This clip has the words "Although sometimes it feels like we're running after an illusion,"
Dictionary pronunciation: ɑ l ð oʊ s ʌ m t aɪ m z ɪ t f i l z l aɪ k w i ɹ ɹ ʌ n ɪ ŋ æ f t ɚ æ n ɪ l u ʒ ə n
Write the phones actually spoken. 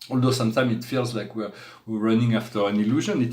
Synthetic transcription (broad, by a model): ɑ l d oʊ s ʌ m t aɪ m ɪ t f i l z l aɪ k w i w ɹ ʌ n ɪ ŋ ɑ f t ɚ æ n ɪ l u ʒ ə n